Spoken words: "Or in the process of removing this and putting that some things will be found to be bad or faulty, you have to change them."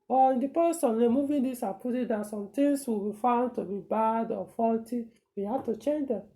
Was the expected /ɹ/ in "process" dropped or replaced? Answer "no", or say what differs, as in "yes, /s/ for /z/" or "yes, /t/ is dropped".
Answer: yes, /ɹ/ is dropped